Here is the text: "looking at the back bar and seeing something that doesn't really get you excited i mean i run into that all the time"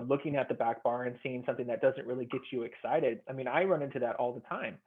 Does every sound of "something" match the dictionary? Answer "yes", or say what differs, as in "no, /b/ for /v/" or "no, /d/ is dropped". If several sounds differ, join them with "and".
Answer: yes